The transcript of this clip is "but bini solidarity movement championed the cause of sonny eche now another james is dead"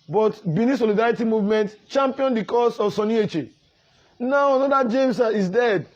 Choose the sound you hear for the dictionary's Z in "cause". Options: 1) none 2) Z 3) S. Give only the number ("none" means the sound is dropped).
3